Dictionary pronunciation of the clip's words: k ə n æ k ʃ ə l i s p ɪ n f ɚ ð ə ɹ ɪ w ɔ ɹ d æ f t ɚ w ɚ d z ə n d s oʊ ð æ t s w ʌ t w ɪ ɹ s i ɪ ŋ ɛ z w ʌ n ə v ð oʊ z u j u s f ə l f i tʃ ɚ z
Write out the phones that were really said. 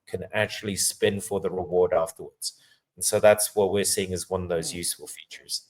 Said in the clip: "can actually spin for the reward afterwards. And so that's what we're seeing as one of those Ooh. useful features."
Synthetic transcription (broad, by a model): k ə n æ k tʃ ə l i s p ɪ n f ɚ ð ə ɹ ɪ w ɔ ɹ d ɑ f t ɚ w ɚ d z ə n s oʊ ð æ t s w ʌ t w ɪ ɹ s i ɪ ŋ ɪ z w ʌ n ə v ð oʊ z j u s f ə l f i tʃ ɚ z